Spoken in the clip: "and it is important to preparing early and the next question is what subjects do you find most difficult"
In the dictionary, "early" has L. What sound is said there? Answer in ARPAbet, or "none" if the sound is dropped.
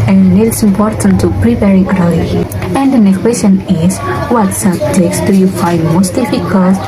none